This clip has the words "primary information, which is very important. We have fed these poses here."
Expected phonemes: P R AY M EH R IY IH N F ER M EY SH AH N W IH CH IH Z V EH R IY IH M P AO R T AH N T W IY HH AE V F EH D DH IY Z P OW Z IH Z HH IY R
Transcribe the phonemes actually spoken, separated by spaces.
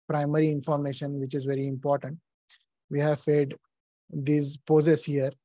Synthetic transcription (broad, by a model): P R AY M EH R IY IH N F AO M EY SH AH N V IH CH IH Z V EH R IY IH M P AO R T AH N T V IY HH AE V F EH D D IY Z P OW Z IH S HH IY R